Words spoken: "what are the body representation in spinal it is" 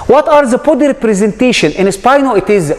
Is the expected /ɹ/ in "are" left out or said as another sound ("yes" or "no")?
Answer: no